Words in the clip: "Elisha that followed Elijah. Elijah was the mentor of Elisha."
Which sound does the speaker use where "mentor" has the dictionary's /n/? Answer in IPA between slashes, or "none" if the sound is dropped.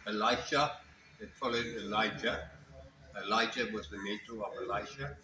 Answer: none